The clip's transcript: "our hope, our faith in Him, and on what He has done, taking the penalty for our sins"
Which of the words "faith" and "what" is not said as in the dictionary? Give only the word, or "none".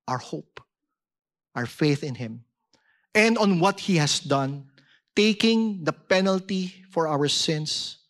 none